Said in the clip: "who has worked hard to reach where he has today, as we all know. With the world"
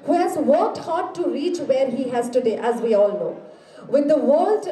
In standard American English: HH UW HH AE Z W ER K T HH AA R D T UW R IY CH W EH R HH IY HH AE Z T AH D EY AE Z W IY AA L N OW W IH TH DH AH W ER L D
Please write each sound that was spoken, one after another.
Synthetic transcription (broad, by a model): HH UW HH AE Z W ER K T HH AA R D T UW R IY CH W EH R HH IY HH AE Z T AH D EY AE Z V IY AA L N OW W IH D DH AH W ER L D